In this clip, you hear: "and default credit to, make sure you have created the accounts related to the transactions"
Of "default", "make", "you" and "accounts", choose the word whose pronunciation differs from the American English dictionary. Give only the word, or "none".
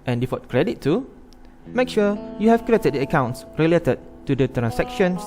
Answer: default